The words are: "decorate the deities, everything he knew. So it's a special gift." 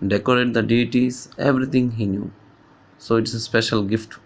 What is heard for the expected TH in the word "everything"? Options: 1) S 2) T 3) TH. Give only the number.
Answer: 2